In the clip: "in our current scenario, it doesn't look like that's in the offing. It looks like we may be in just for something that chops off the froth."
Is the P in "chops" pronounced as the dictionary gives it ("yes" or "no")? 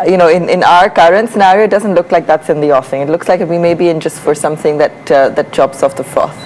no